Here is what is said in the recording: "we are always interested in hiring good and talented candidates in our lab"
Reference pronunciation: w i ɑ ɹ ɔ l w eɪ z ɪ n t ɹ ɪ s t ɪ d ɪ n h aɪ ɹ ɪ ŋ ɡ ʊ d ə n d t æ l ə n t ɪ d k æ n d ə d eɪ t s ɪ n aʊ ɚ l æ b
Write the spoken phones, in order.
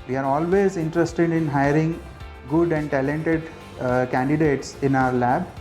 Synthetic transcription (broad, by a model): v i ɑ ɹ ɔ l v eɪ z ɪ n t ɹ ɪ s t ɪ d ɪ n h aɪ ɹ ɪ ŋ ɡ ʊ d ə n d t æ l ə n t ɪ d k æ n d ə d eɪ t s ɪ n aʊ ɚ l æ b